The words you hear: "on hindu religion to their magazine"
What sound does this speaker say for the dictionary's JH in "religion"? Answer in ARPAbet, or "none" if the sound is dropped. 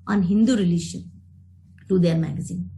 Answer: SH